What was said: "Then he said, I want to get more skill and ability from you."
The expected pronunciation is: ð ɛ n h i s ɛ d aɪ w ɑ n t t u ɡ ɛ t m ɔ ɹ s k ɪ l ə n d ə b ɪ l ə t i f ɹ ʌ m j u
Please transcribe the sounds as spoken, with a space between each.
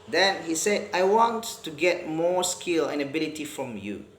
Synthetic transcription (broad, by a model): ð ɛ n h i s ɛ aɪ w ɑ n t t u ɡ ɛ t m ɔ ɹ s k ɪ l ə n ə b ɪ l ə t i f ɹ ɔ m j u